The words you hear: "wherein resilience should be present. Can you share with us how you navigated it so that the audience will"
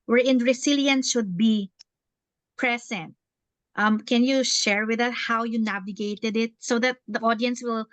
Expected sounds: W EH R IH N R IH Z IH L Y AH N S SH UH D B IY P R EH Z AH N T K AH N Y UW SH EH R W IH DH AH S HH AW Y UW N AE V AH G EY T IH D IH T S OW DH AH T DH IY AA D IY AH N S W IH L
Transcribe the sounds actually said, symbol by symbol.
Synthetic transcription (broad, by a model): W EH R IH N R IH S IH L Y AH N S SH UH D B IY P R EH S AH N T K AH N Y UW SH EH R W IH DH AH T HH AW Y UW N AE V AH G EY T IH D IH T S OW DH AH T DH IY AA D IY AH N S W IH L